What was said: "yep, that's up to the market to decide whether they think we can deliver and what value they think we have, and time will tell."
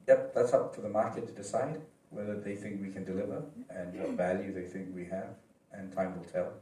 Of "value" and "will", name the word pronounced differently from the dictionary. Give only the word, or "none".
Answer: none